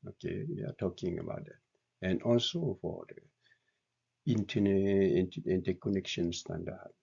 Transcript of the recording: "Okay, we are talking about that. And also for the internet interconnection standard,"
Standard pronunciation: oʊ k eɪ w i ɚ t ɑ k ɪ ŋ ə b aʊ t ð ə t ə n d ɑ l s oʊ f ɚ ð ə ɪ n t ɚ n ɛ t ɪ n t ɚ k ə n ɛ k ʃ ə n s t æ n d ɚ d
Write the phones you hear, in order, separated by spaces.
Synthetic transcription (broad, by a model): oʊ k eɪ w i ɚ t ɑ k ɪ ŋ ə b aʊ t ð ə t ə n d ɑ l s oʊ f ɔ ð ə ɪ n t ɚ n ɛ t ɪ n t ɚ k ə n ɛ k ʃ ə n s t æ n d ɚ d